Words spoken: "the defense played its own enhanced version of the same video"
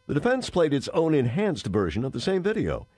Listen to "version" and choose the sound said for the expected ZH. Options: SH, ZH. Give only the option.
ZH